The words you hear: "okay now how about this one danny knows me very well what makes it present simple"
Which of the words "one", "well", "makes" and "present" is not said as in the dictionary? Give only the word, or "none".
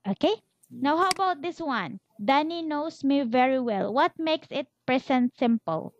present